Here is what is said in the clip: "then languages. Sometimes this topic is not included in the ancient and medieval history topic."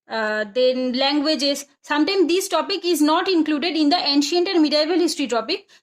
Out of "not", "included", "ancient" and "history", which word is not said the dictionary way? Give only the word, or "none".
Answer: none